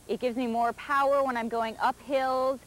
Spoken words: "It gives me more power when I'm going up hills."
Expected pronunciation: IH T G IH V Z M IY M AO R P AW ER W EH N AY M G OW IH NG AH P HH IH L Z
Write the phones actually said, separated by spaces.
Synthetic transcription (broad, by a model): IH T G IH V Z M IY M AO R P AW ER W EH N AY M G OW IH NG AH P HH IH L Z